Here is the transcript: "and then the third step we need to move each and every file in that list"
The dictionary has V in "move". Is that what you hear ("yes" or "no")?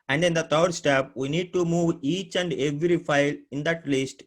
yes